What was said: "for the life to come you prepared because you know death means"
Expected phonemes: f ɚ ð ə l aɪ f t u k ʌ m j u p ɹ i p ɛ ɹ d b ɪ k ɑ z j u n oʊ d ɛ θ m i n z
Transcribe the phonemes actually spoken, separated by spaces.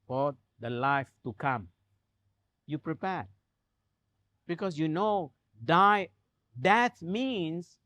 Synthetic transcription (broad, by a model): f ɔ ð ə l aɪ f t u k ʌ m j u p ɹ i p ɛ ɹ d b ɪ k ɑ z j u n oʊ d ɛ t m i n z